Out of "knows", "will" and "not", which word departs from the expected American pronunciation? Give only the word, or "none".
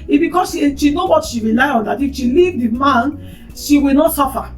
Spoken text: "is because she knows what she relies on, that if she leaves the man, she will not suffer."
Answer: knows